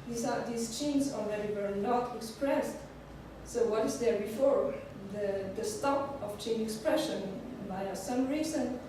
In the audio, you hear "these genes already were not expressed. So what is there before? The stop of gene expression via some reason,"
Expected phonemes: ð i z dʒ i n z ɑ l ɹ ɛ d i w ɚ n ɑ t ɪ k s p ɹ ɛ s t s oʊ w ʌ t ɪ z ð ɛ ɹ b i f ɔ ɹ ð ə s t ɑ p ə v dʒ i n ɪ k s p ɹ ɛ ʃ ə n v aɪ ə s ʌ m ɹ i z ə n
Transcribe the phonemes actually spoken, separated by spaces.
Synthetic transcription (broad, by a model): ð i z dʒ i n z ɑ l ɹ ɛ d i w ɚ n ɑ t ɪ k s p ɹ ɛ s t s oʊ w ʌ t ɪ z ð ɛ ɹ b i f ɔ ɹ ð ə s t ɑ p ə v tʃ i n ɪ k s p ɹ ɛ ʃ ə n b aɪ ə s ʌ m ɹ i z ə n